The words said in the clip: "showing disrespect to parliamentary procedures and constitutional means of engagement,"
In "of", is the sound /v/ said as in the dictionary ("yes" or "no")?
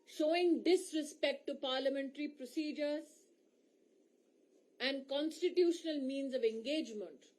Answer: yes